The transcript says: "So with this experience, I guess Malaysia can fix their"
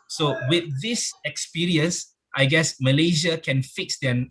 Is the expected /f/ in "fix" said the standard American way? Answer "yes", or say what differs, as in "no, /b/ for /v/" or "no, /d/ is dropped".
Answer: yes